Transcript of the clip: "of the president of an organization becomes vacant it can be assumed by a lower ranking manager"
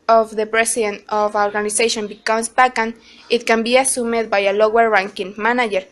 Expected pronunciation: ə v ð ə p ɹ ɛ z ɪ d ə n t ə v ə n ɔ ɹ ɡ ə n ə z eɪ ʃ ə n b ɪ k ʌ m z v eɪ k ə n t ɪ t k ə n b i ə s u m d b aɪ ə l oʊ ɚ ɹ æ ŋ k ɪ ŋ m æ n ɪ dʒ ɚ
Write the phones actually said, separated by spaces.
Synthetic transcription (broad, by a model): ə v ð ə p ɹ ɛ s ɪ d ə n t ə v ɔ ɹ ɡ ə n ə s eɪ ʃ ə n b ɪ k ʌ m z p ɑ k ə n ɪ t k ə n b i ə s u m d b aɪ ə l oʊ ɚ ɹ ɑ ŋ k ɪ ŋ m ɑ n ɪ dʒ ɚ